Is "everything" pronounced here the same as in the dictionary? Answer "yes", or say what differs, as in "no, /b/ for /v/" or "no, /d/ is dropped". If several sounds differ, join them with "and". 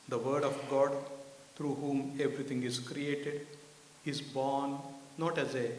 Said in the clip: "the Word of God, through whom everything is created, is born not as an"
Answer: no, /t/ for /θ/